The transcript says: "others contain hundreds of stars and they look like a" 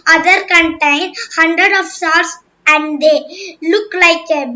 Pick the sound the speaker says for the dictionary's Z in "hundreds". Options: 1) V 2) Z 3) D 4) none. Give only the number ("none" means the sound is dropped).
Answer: 4